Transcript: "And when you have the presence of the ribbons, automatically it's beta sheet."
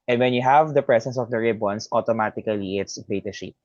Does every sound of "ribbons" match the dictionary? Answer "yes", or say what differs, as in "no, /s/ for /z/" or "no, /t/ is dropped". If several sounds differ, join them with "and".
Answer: no, /s/ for /z/